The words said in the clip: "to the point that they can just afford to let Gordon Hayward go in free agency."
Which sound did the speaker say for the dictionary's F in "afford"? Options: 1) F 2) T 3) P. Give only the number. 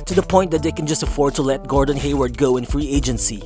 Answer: 1